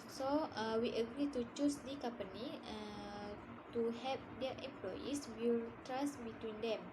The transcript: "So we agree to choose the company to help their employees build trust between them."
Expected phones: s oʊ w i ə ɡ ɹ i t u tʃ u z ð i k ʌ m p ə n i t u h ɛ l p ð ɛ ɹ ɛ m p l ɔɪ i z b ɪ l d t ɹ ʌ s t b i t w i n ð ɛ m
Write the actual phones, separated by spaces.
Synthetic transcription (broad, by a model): s oʊ w i ə ɡ ɹ i t u tʃ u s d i k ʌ m p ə n i t u h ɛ p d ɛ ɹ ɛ m p l ɔɪ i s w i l t ɹ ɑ s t b i t w i n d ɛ m